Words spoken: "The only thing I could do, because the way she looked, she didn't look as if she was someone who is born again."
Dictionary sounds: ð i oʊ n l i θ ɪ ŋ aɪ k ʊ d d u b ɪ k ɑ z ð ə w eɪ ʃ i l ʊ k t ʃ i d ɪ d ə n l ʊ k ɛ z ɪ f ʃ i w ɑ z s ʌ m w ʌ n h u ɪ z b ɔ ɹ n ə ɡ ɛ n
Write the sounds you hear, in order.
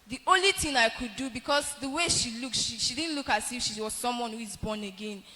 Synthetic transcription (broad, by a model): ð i oʊ n l i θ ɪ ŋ aɪ k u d d u b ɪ k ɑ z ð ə w eɪ ʃ i l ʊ k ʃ ʃ i d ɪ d n l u k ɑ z ɪ f ʃ i w ɑ z s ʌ m w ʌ n h u ɪ z b ɔ n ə ɡ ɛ n